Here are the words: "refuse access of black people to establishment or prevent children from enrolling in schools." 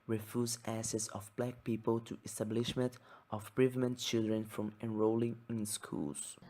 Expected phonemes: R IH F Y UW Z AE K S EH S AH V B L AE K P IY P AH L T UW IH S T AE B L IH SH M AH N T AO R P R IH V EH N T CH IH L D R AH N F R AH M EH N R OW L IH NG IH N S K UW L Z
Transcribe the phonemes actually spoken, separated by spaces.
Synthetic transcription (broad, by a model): R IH F Y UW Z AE S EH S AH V B L AE K P IY P AH L T UW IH S T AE B L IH SH M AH N T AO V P R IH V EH N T CH IH L D R AH N F R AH M EH N R OW L IH NG IH N S K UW L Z